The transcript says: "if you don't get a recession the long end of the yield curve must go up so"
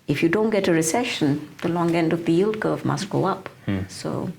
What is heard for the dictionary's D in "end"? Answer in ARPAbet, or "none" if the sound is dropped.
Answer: D